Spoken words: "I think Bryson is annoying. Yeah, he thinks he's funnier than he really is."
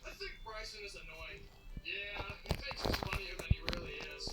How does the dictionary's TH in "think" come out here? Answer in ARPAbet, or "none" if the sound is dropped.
TH